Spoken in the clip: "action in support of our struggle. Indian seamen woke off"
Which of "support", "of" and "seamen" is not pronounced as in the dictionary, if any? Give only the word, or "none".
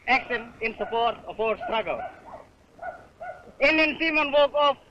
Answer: of